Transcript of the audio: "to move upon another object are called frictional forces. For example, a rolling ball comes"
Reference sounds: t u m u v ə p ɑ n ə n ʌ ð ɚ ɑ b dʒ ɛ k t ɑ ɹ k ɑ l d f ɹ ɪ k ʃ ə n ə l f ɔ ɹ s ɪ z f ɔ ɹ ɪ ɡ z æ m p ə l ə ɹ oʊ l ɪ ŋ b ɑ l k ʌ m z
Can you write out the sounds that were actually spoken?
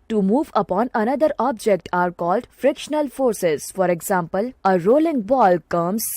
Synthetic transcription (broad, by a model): t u m u v ə p ɑ n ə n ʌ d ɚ ɑ b dʒ ɛ k t ɑ ɹ k ɑ l d f ɹ ɪ k ʃ ə n ə l f ɔ ɹ s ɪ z f ɔ ɹ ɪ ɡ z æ m p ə l ə ɹ oʊ l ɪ ŋ b ɑ l k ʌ m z